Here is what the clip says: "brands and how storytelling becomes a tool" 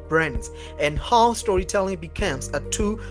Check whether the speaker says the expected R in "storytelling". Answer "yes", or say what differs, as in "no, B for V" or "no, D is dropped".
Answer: yes